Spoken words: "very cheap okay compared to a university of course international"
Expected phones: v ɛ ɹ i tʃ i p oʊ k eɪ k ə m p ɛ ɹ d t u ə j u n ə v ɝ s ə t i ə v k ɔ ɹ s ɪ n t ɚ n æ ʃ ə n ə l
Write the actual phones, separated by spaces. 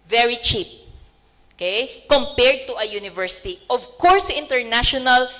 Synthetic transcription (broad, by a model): v ɛ ɹ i tʃ i p oʊ k eɪ k ə m p ɛ ɹ d t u ə j u n ə v ɝ s ə t i ə v k ɔ ɹ s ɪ n t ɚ n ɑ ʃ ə n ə l